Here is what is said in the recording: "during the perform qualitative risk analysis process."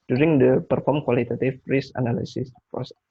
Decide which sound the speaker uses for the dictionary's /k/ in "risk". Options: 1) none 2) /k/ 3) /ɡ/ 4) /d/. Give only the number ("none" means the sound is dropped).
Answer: 1